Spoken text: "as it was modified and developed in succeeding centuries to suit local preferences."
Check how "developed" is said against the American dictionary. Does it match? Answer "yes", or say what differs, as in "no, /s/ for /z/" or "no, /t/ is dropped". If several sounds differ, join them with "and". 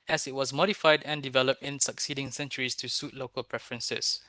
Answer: yes